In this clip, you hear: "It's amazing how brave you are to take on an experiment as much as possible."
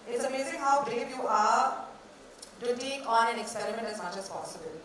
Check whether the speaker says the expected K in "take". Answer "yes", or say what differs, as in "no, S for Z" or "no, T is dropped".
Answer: no, K is dropped